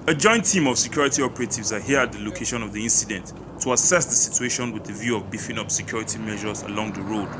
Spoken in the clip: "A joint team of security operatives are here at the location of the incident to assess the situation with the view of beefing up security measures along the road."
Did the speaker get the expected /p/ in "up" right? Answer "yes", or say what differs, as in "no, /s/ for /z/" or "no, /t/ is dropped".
yes